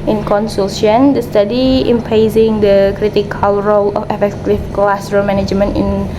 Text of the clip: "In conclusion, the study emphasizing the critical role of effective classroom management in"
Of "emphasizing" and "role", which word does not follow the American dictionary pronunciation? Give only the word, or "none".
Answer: emphasizing